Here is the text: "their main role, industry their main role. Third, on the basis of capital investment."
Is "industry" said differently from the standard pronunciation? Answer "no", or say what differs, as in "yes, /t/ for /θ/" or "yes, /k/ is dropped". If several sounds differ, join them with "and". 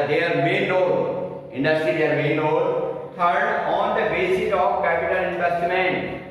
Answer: yes, /ɹ/ is dropped